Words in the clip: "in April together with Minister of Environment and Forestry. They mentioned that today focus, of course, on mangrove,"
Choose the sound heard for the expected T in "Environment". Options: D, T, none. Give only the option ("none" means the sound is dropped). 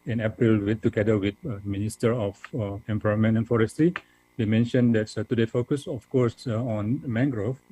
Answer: none